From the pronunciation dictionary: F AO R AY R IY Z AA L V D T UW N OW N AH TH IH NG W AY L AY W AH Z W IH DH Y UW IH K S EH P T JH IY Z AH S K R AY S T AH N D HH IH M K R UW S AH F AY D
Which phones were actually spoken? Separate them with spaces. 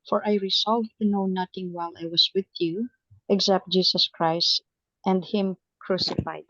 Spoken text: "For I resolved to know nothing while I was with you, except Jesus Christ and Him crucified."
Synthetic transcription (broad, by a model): F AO R AY R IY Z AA L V T UW N OW N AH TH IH NG W AY L AY W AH S W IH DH Y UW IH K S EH P T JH IY S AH S K R AY S T AH N D HH IH M K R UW S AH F AY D